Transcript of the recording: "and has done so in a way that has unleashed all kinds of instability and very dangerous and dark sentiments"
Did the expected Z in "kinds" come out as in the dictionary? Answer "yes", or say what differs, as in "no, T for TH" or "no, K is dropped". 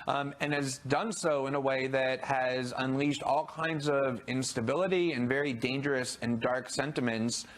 yes